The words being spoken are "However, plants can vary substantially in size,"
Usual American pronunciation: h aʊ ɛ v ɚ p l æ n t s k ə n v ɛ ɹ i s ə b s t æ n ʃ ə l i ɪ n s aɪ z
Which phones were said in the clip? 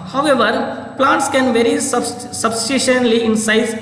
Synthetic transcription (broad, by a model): h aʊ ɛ v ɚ p l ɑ n t s k ə n v ɛ ɹ i s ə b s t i ʃ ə l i ɪ n s aɪ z